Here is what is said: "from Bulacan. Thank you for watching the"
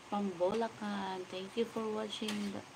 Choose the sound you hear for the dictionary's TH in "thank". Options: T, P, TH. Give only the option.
T